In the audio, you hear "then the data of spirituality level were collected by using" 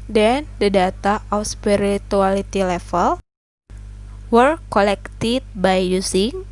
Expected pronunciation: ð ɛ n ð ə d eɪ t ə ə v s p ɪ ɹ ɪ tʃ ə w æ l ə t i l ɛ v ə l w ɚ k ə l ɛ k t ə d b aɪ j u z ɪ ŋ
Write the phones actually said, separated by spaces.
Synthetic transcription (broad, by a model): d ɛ n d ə d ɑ t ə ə f s p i ɹ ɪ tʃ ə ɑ l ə t i l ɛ f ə l w ɚ k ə l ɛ k t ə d b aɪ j u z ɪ ŋ